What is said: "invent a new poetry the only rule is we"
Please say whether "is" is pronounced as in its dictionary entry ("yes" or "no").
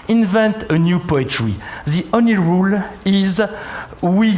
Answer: yes